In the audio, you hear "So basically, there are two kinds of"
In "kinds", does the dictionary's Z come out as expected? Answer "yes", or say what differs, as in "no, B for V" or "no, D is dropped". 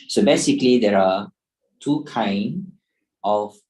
no, Z is dropped